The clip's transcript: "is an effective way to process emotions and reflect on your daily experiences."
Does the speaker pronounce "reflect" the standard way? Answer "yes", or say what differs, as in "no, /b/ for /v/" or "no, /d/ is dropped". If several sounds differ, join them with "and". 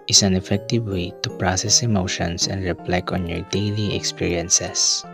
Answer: no, /t/ is dropped